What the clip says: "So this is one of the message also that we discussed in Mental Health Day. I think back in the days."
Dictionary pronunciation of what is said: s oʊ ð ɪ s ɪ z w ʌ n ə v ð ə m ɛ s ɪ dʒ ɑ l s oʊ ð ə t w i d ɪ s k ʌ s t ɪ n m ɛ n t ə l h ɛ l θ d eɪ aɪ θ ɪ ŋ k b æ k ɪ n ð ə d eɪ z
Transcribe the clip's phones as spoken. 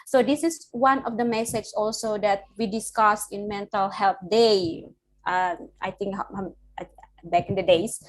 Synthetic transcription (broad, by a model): s oʊ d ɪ s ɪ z w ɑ n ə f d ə m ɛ s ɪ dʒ ɑ l s oʊ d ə t w i d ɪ s k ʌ s ɪ n m ɛ n t ə l h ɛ l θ d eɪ aɪ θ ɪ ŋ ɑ b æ k ɪ n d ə d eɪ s